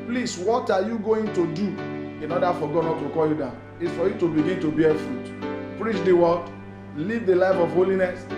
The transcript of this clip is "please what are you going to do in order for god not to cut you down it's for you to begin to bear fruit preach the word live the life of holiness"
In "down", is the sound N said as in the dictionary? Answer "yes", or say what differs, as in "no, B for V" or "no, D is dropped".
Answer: no, N is dropped